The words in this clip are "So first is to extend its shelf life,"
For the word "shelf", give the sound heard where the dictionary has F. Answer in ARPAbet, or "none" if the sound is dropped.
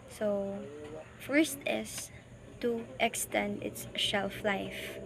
F